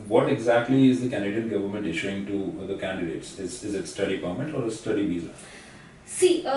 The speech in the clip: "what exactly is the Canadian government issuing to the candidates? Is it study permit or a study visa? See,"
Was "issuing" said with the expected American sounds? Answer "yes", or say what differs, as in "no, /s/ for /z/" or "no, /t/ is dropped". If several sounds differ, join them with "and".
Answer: yes